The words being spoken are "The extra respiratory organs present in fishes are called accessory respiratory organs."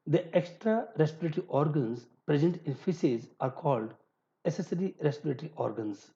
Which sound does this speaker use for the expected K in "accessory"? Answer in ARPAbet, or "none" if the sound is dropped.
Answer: none